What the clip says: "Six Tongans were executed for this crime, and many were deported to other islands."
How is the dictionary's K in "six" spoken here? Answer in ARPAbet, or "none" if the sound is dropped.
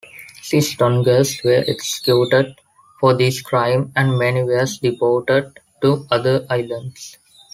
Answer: none